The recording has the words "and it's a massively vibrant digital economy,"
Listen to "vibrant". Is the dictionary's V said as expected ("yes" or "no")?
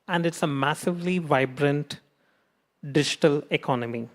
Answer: yes